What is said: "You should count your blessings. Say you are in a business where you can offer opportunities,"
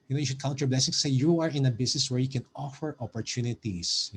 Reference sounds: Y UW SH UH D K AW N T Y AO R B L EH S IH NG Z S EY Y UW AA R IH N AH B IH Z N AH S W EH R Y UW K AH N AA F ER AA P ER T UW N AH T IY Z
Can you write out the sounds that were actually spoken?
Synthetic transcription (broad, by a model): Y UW SH UH D K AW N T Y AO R B L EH S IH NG S EY Y UW AA R IH N AH B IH S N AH S W EH R Y UW K AH N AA F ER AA P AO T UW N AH T IY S